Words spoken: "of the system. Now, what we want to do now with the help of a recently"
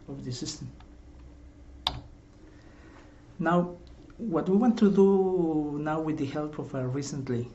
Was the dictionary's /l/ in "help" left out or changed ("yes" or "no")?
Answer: no